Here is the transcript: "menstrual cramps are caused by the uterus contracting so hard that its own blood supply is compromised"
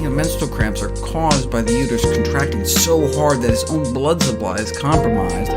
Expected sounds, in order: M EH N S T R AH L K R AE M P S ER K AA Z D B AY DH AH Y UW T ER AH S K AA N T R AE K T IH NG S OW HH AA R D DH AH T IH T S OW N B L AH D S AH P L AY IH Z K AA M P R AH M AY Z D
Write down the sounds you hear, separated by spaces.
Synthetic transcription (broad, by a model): M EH N S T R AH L K R AE M P S ER K AA Z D B AY DH AH Y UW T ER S K N T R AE K T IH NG S OW HH AA R D DH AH T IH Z OW N B L AH D S AH P L AY IH Z K AA M P R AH M AY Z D